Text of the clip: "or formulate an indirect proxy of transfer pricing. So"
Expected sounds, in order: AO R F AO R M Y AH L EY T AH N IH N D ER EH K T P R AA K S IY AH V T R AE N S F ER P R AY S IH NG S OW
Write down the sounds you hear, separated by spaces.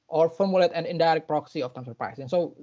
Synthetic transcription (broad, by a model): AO R F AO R M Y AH L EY T AH N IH N D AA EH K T P R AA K S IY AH F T AE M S ER P R AY S IH NG S OW